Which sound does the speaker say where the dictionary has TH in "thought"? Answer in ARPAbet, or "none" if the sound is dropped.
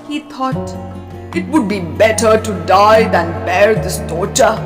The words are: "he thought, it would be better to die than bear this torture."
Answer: T